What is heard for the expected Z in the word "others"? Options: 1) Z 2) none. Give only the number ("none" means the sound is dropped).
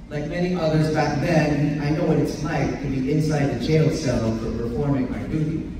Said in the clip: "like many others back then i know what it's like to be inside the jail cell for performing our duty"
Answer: 1